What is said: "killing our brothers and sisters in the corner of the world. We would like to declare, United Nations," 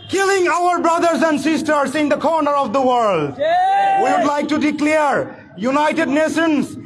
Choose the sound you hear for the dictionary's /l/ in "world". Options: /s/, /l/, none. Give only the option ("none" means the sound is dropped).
/l/